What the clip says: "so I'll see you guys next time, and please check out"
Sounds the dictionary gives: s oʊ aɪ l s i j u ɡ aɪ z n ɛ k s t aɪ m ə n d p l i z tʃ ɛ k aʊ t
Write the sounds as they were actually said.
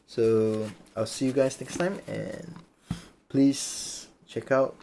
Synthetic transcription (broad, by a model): s oʊ aɪ l s i j u ɡ aɪ s n ɛ k s t aɪ m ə n p l i s tʃ ɛ k aʊ t